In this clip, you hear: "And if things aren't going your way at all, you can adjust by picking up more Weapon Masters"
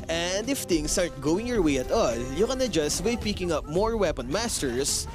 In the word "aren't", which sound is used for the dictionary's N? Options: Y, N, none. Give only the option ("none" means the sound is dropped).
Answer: none